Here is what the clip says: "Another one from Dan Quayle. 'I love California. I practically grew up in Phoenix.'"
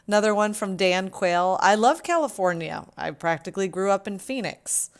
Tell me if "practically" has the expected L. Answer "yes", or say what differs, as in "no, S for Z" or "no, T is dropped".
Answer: yes